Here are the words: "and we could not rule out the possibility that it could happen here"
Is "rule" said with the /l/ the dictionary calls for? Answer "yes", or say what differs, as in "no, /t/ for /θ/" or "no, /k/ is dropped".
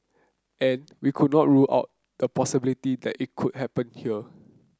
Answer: yes